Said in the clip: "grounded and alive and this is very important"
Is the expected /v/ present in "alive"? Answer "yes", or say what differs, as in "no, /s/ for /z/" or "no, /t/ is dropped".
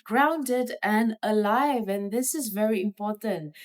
yes